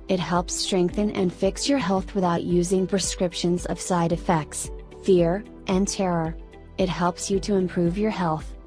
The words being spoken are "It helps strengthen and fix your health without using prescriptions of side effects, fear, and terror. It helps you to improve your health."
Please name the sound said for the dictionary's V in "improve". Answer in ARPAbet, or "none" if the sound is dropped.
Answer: V